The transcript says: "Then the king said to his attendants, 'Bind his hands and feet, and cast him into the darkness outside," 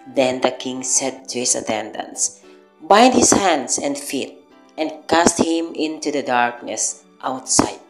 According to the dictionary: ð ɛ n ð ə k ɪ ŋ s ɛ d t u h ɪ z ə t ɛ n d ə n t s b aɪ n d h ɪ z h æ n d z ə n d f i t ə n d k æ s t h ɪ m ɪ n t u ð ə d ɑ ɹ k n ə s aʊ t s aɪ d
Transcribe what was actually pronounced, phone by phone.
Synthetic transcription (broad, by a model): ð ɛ n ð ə k ɪ ŋ s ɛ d t u h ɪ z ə t ɛ n d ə n s b aɪ n d h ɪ s h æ n d s ə n d f i t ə n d k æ s t h ɪ m ɪ n t u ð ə d ɑ ɹ k n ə s aʊ t s aɪ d